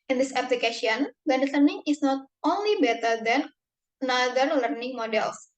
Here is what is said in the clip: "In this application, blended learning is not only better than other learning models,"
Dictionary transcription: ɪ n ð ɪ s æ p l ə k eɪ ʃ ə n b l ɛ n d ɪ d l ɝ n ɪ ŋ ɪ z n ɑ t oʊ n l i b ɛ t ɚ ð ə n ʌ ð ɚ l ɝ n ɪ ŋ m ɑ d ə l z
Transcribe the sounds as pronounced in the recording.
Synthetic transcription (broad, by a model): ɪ n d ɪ s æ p l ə k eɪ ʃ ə n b ɛ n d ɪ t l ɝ n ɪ ŋ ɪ s n ɑ t oʊ n l i b ɛ t ɚ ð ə n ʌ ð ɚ l ɝ n ɪ ŋ m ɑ d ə l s